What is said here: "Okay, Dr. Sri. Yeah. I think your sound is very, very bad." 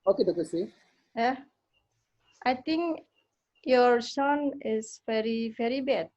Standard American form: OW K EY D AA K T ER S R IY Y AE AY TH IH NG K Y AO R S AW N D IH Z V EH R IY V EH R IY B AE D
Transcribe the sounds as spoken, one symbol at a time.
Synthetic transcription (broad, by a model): OW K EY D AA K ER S IY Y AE AY T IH NG K Y AO R S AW N IH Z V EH R IY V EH R IY B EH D